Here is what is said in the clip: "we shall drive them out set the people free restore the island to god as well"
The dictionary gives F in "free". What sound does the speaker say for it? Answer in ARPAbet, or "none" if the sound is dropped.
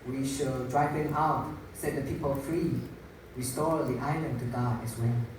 F